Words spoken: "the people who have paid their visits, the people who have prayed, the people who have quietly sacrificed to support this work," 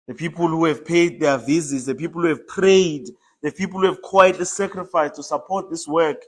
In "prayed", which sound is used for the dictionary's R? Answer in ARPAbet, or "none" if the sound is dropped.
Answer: R